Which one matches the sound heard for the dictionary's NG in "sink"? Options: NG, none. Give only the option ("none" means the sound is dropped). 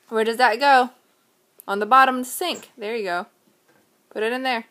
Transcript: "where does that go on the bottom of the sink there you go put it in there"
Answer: NG